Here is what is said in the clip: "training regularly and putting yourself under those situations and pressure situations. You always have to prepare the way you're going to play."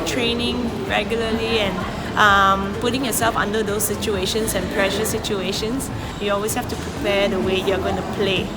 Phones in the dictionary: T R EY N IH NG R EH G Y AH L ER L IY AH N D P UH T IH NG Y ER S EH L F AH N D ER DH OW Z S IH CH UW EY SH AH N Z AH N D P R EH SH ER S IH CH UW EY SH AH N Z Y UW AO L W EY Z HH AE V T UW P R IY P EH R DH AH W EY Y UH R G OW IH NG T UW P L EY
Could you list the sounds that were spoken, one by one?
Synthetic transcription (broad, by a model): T R EY N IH NG R EH G Y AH L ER L IY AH N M P UH T IH NG Y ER S EH L F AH N D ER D OW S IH CH UW EY SH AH N S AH N P R EH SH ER S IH CH UW EY SH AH N S Y UW AO L W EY S HH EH F T UW P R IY P EH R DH AH W EY Y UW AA G OW IH NG T UW P L EY